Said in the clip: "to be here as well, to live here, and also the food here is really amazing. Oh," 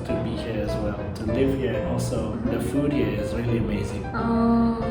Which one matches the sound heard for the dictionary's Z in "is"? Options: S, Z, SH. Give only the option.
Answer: Z